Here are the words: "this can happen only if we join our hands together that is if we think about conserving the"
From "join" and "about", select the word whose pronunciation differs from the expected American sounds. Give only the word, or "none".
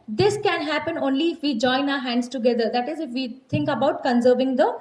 none